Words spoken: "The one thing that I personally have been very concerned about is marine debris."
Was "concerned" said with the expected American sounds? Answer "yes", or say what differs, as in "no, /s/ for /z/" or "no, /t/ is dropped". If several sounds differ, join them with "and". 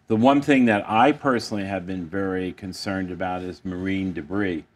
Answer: yes